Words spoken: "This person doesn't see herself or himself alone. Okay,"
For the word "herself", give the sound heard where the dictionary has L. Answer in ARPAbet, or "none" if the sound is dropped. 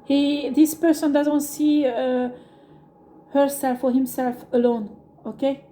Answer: L